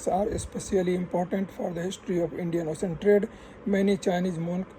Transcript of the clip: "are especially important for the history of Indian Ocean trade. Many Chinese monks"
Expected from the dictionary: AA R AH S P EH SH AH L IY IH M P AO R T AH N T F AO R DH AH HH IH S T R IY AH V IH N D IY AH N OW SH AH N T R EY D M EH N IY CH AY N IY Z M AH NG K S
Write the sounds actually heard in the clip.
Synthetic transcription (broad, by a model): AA R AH S P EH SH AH L IY IH M P AO R T AH N T F AO R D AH HH IH S T R IY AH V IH N D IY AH N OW S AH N T R EY D M EH N IY CH AY N IY Z M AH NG K